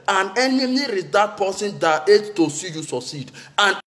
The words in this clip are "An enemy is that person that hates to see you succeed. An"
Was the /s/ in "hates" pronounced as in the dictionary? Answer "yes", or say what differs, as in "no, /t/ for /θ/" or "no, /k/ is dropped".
no, /s/ is dropped